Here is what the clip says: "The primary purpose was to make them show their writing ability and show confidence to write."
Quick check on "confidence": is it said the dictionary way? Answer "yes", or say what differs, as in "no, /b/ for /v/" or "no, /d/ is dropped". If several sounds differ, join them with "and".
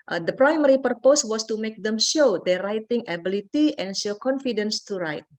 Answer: yes